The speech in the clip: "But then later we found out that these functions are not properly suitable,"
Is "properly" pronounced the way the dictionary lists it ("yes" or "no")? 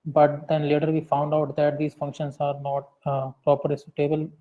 no